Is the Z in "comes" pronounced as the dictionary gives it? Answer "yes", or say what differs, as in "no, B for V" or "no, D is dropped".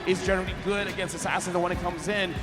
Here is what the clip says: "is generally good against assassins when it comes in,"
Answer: yes